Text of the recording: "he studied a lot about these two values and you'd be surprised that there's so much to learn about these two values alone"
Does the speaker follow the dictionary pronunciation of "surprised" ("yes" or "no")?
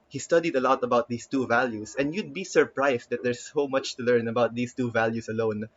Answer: no